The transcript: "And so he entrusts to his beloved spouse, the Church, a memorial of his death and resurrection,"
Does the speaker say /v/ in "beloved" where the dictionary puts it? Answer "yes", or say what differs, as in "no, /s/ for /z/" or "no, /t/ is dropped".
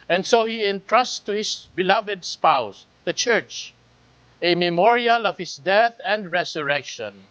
yes